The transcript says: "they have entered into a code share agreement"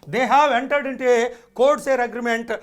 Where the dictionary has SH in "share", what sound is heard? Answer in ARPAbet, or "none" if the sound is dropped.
S